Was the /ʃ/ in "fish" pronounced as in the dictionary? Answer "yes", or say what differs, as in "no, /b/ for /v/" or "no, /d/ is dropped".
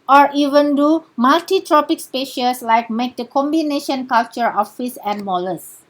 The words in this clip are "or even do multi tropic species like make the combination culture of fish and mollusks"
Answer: no, /s/ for /ʃ/